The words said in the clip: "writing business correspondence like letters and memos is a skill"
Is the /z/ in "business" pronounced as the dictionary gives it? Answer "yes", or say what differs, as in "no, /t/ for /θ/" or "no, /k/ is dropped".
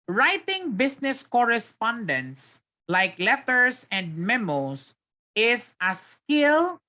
no, /s/ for /z/